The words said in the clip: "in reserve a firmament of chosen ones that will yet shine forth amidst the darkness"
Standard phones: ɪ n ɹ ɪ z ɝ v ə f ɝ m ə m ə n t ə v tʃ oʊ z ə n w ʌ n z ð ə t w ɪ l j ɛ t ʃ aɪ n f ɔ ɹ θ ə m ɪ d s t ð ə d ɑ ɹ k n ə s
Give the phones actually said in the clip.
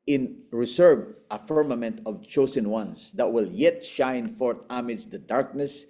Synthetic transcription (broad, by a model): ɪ n ɹ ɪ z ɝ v ə f ɝ m ə m ə n t ə v tʃ oʊ s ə n w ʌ n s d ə t w ɪ l j ɛ t ʃ aɪ n f ɔ ɹ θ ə m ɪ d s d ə d ɑ ɹ k n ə s